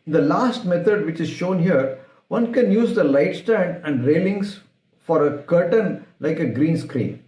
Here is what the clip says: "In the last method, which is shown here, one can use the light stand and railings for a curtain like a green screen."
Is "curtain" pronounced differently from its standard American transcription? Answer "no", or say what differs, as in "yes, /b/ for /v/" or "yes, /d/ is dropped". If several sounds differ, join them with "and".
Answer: no